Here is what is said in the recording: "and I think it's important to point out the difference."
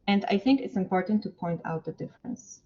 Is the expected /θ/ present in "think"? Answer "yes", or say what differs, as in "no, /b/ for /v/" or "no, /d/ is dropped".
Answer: yes